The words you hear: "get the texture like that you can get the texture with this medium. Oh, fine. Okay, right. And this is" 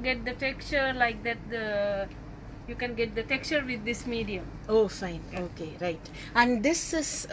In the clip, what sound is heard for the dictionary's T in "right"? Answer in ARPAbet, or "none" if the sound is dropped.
T